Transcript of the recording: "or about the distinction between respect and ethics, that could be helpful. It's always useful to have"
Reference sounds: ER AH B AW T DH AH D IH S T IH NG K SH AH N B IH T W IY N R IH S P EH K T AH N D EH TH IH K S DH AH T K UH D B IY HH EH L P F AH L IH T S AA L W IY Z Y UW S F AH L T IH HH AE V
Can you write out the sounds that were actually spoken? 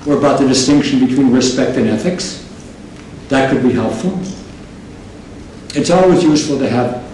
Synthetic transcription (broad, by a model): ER AH B AW T DH AH D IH S T IH NG K SH N B IH T W IY N R IH S P EH K T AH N EH TH IH K S DH AH T K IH D B IY HH EH L P F L IH T S AA L W IY Z Y UW S F L T IH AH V